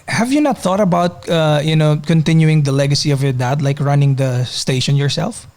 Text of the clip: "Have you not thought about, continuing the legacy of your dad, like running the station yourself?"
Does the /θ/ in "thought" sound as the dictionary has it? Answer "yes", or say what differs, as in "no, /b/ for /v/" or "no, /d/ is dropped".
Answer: yes